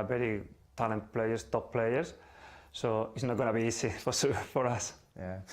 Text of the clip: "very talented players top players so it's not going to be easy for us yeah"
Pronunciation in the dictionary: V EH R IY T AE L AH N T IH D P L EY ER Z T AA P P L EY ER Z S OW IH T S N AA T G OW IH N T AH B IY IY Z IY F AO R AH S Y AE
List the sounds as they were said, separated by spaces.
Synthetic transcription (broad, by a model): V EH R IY T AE L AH N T P L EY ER S T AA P P L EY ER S S OW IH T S N AA T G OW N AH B IY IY S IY F AO R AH S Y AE